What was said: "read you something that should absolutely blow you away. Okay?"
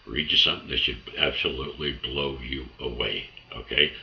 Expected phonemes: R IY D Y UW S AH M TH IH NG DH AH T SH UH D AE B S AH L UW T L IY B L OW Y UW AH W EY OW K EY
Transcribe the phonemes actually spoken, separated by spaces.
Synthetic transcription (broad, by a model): R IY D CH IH S AH M TH IH NG DH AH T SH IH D AE B S AH L UW T L IY B L OW Y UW AH W EY OW K EY